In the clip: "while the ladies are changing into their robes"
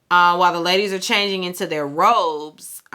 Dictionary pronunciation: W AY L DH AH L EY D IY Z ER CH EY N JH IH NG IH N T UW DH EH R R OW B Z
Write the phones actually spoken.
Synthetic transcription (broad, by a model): W AY L DH AH L EY D IY Z ER CH EY N JH IH NG IH N T UW DH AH R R OW B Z